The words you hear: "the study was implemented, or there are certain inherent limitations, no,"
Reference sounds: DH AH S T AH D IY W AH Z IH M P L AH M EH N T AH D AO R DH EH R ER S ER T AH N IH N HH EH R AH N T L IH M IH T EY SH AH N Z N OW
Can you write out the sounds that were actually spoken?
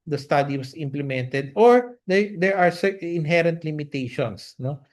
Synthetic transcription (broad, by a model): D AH S T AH D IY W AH S IH M P L AH M EH N T AH D AO R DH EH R ER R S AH IH N HH EH R AH N T L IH M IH T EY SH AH N S N OW